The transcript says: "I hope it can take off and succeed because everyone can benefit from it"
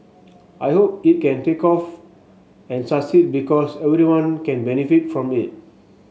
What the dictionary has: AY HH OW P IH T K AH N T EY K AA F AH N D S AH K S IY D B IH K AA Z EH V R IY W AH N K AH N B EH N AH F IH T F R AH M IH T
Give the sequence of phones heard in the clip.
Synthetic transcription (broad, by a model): AY HH OW P IH T K AH N T EY K AA F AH N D S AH S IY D B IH K AA S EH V R IY W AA N K AH N B EH N AH F IH T F R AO M IH T